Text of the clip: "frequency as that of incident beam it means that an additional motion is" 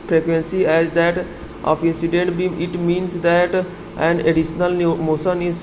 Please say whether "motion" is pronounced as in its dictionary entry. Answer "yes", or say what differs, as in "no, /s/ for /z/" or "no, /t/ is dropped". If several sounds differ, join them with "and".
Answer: no, /s/ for /ʃ/